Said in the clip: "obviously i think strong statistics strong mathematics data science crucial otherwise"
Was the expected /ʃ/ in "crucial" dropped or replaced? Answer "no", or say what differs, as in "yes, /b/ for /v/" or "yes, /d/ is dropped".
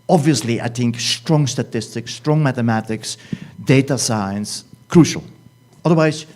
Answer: no